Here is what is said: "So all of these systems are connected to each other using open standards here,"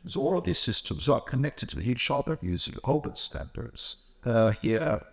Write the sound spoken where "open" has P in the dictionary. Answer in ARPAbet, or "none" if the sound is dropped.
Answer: B